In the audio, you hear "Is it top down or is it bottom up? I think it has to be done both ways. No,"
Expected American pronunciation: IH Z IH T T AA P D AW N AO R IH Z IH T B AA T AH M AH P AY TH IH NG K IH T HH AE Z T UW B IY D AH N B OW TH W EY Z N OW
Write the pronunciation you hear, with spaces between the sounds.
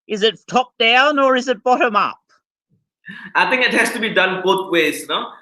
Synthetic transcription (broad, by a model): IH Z IH T T AA P D AW N AO R IH Z IH T B AA T AH M AH P AY T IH NG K IH T HH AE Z T UW B IY D AH N B OW T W EY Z N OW